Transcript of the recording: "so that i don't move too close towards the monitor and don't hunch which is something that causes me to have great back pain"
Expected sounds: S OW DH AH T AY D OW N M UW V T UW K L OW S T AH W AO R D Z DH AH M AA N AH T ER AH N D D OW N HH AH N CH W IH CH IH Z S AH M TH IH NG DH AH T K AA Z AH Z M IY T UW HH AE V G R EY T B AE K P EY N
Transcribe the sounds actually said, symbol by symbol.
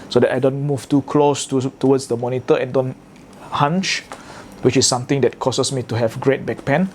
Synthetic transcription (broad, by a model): S OW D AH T AY D OW N M UW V T UW K L OW S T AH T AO W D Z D AH M AA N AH T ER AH N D D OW N HH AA N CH W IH CH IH S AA M T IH NG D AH T K AA S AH S M IY T UW HH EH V G R EY T B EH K P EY N